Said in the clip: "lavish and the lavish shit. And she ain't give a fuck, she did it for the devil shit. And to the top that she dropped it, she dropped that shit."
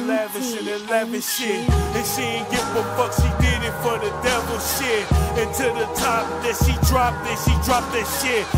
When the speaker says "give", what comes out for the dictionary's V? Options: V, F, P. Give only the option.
F